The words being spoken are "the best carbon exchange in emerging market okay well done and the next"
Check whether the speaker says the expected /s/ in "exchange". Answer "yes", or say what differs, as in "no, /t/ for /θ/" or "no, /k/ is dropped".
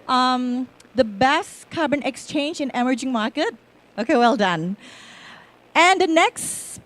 yes